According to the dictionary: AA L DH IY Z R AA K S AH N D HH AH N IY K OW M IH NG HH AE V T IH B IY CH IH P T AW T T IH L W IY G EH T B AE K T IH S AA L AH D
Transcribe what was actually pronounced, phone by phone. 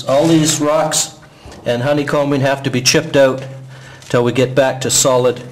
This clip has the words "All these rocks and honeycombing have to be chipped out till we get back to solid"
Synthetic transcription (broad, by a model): AA L DH IY Z R AA K S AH N HH AH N IY K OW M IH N HH AE F T IH B IY CH IH P T AW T T IH L W IY G EH T B AE K T IH S AA L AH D